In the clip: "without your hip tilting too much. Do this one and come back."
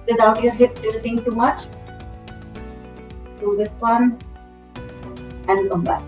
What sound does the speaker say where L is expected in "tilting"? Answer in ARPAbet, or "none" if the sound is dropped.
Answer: none